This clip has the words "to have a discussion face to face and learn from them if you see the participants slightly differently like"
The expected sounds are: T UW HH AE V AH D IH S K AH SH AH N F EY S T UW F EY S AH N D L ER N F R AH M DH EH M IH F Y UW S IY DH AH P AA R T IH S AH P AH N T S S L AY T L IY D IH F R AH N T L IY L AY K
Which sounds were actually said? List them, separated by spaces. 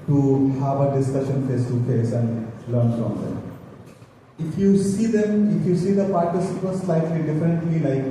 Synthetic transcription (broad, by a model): T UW HH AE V AH D IH S K AH SH AH N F EY S T UW F EY S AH N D L ER N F R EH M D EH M IH F Y UW S IY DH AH P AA R T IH S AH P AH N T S S L AY T L IY D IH F AH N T L IY L AY K